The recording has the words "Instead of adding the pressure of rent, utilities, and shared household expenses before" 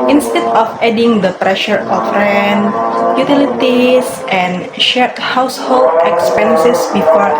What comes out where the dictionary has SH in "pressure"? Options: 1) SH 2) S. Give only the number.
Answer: 1